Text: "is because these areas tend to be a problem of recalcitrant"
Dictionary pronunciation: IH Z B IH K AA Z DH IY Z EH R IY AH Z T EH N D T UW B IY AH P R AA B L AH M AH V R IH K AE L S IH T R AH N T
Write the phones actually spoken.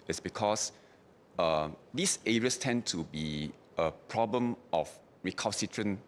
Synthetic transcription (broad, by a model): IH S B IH K AA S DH IY S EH R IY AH S T EH N T UW B IY AH P R AA B L AH M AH F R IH K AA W S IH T R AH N